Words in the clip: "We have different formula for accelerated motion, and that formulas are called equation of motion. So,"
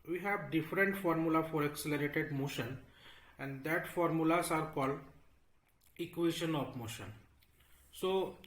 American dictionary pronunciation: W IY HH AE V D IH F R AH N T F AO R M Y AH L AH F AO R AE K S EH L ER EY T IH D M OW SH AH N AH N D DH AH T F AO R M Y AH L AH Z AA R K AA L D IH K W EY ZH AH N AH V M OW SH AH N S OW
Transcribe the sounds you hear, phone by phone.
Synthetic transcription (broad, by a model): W IY HH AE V D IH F R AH N T F AO R M Y AH L AH F AO R AE K S EH L ER EY T IH D M OW SH AH N AH N D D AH T F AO R M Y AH L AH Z AA R K AA L D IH K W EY SH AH N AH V M OW SH AH N S OW